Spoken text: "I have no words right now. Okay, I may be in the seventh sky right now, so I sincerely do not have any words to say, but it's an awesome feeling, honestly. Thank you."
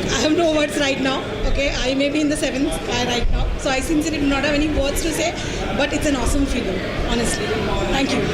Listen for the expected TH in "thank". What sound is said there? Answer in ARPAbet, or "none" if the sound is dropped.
T